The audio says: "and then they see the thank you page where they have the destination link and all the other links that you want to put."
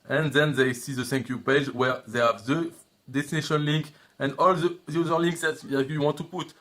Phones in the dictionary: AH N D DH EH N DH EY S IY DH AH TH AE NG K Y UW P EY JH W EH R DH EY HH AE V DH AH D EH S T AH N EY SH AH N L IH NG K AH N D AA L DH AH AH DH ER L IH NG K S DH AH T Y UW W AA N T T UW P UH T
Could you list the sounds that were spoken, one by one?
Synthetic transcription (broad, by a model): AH N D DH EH N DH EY S IY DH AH S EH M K Y UW P EY JH W EH R DH EY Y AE V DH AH D EH S T AH N EY SH AH N L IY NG K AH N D AA L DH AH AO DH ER L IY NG K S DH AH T Y UW W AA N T T UW P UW T